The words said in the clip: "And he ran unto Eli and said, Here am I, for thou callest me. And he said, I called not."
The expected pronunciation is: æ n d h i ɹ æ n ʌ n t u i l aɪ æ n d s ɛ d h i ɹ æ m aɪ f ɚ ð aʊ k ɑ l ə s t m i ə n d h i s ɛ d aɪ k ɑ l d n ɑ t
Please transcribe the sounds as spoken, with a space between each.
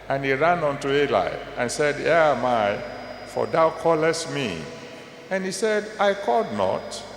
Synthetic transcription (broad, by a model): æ n h i ɹ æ n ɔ n t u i l aɪ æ n s ɛ d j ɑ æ m aɪ f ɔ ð aʊ k ɑ l ə s t m i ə n h i s ɛ d aɪ k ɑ d n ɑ t